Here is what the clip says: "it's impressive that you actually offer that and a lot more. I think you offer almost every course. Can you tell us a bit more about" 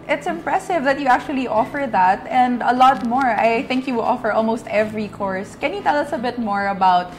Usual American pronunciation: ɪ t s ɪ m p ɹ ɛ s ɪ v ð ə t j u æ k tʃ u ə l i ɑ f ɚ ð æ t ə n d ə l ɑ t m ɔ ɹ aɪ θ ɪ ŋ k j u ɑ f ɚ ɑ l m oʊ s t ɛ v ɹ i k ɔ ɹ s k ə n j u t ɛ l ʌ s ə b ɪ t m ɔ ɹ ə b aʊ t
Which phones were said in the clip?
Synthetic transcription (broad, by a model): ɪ t s ɪ m p ɹ ɛ s ɪ v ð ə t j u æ k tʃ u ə l i ɑ f ɚ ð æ t ə n d ə l ɑ t m ɔ ɹ aɪ θ ɪ ŋ k j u ɑ f ɚ ɑ l m oʊ s t ɛ v ɹ i k ɔ ɹ s k ə n j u t ɛ l ʌ s ə b ɪ t m ɔ ɹ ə b aʊ t